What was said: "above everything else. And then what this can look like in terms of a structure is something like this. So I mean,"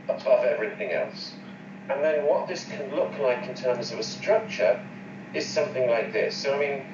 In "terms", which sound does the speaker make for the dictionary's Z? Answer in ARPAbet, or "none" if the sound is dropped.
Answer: Z